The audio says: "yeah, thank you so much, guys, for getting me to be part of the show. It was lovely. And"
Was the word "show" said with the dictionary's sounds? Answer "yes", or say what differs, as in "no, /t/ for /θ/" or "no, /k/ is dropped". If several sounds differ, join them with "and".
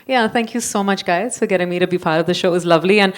yes